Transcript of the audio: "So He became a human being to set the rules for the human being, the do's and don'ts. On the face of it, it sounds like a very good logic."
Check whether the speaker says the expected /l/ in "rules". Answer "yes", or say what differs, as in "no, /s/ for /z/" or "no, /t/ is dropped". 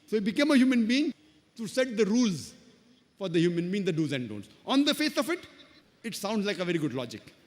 yes